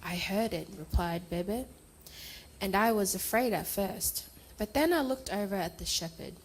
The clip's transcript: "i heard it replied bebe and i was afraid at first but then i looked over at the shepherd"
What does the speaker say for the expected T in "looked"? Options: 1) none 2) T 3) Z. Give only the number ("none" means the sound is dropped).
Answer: 2